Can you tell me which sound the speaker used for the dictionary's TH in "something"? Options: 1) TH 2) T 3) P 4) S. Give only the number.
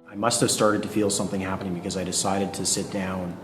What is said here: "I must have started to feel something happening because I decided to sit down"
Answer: 1